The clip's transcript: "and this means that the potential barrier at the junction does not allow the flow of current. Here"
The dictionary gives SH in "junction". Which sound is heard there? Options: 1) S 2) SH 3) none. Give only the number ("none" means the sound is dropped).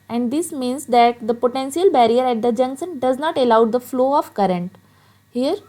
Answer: 1